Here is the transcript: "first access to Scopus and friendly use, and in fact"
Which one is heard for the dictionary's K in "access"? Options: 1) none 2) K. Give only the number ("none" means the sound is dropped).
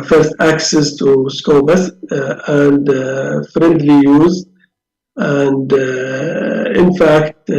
2